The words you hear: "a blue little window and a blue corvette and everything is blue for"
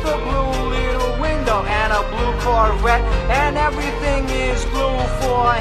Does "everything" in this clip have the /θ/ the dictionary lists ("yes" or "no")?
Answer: yes